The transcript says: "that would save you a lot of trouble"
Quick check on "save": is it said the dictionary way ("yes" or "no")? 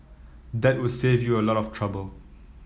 yes